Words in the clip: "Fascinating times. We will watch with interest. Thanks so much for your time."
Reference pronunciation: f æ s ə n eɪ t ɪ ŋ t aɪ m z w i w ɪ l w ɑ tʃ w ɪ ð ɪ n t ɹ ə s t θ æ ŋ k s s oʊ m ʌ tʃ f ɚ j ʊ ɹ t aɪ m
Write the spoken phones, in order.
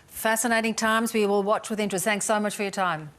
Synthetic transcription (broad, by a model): f æ s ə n eɪ t ɪ ŋ t aɪ m z w i w ɪ l w ɑ tʃ w ɪ ð ɪ n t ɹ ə s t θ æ ŋ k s s oʊ m ʌ tʃ f ɚ j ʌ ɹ t aɪ m